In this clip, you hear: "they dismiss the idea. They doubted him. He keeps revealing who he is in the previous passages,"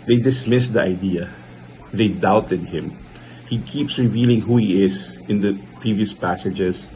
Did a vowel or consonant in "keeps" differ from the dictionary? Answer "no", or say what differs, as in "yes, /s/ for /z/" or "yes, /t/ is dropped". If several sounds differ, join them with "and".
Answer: no